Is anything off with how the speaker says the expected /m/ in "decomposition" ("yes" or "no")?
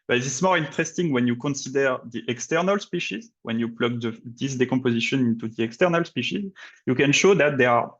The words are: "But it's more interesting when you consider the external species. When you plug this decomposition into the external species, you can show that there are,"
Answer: yes